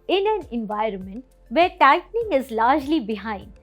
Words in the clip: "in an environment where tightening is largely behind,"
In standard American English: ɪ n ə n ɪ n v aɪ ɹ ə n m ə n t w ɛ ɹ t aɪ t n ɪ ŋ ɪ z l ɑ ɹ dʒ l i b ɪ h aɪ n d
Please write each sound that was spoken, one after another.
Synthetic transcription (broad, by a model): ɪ n ə n ɪ n v aɪ ɹ ə n m ə n t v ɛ ɹ t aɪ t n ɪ ŋ ɪ z l ɑ ɹ dʒ l i b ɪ h aɪ n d